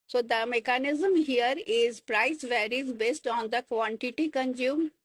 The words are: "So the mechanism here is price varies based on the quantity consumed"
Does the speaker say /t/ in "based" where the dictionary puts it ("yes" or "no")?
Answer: yes